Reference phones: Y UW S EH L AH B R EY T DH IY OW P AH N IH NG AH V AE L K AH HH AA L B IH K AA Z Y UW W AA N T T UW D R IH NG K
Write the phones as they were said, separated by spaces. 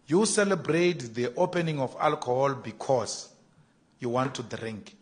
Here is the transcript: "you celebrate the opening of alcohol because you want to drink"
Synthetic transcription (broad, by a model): Y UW S EH L AH B R EY T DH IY OW P AH N IH NG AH F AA L K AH HH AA L B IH K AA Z Y UW W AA N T T UW D R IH NG K